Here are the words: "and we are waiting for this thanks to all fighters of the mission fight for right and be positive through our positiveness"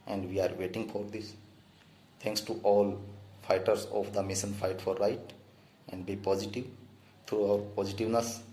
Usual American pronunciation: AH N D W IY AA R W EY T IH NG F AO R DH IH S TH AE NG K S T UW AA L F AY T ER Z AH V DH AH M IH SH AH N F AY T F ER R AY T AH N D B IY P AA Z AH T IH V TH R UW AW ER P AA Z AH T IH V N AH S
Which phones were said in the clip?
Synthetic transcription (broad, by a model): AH N D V IY AA R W EY T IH NG F AO R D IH S T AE NG K S T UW AA L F AY T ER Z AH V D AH M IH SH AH N F AY T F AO R AY T AH N D B IY P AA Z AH T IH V T R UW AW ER P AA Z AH T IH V N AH S